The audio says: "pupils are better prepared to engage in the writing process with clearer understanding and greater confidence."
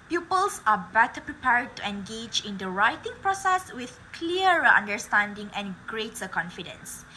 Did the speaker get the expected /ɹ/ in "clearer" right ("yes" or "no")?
no